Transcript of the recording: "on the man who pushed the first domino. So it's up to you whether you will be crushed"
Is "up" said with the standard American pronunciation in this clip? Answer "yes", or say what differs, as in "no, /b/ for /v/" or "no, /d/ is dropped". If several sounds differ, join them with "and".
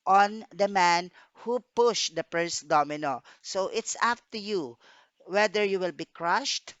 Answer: no, /f/ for /p/